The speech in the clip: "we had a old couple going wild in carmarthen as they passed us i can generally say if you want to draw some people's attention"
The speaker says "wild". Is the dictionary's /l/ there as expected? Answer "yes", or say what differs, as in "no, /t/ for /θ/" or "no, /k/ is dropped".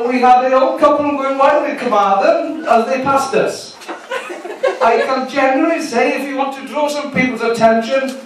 no, /l/ is dropped